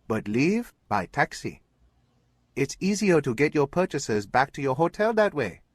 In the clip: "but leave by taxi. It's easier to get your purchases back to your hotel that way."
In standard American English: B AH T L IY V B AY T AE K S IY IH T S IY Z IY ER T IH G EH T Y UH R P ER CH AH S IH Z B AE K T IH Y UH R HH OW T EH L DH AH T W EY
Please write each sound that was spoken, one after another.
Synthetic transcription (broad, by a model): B AH T L IY V B AY T AE K S IY IH T S IY Z IY ER T IH G EH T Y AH R P ER CH AH S IH Z B AE K T IH Y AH R HH OW T EH L DH AH T W EY